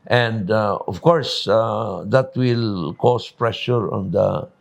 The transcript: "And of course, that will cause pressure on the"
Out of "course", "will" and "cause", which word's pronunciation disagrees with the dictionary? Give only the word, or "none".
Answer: cause